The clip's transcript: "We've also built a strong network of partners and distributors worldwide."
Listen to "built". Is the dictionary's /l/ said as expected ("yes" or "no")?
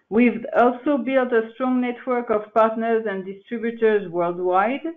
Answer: yes